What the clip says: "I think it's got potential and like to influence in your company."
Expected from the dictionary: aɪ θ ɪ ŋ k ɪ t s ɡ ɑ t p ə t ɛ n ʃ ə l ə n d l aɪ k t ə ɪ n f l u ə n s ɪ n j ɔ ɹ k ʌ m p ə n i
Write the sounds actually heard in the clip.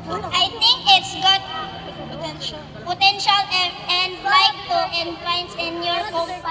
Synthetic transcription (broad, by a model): aɪ t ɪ ŋ k ɪ t s ɡ ɑ t p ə t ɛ n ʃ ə l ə n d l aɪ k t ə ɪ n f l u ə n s ɪ n j ɔ ɹ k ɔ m